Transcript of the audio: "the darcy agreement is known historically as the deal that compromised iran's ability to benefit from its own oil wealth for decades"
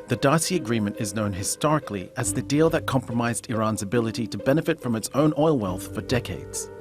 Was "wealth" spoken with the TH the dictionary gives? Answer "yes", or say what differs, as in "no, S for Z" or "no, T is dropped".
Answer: yes